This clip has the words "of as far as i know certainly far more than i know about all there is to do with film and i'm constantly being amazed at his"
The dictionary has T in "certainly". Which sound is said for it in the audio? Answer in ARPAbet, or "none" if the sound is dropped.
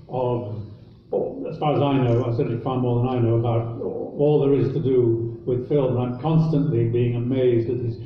S